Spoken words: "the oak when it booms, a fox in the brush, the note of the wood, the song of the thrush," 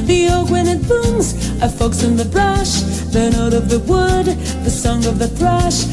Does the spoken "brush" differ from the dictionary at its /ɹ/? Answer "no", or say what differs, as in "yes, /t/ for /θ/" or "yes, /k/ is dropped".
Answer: no